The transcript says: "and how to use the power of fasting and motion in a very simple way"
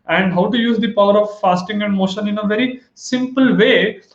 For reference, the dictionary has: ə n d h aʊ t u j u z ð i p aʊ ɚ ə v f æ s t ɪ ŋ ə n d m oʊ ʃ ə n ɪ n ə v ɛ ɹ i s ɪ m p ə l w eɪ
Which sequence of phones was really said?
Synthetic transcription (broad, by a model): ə n d h aʊ t u j u z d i p aʊ ɚ ə v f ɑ s t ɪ ŋ ə n d m oʊ ʃ ə n ɪ n ə v ɛ ɹ i s ɪ m p ə l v eɪ